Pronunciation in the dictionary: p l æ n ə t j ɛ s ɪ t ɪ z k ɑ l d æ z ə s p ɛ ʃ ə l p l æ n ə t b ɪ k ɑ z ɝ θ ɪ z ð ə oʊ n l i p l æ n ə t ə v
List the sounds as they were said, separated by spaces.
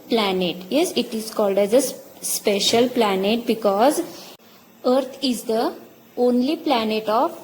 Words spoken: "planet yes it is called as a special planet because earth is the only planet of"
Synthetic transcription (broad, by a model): p l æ n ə t j ɛ s ɪ t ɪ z k ɑ l d æ z ə s p ɛ ʃ ə l p l æ n ə t b ɪ k ɑ z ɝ t ɪ z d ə oʊ n l i p l æ n ə t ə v